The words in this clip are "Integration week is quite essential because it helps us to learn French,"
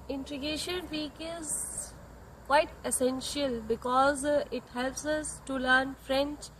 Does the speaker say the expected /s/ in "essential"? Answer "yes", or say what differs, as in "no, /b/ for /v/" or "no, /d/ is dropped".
yes